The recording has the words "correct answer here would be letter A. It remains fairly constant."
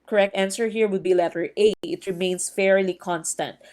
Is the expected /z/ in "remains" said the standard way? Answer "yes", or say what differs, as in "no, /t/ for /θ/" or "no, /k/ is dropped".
no, /s/ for /z/